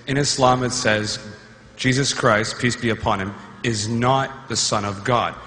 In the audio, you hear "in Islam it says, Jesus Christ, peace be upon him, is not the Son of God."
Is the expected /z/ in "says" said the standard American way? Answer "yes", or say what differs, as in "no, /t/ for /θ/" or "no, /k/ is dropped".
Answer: yes